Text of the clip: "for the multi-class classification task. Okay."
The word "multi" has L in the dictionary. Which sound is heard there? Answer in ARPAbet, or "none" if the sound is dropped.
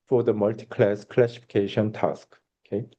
L